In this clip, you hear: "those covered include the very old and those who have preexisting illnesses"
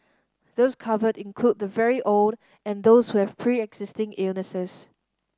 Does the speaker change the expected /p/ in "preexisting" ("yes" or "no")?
no